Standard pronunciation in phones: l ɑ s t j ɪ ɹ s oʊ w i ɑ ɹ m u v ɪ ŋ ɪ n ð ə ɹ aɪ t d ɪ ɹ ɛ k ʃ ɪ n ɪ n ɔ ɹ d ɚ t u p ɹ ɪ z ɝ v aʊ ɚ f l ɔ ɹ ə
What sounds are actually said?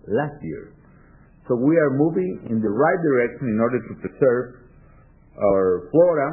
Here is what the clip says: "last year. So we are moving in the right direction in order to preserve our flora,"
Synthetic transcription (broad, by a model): l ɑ s t j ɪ ɹ s oʊ w i ɑ ɹ m u v ɪ ŋ ɪ n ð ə ɹ aɪ t d ɪ ɹ ɛ k ʃ ɪ n ɪ n ɔ ɹ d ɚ t u p ɹ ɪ s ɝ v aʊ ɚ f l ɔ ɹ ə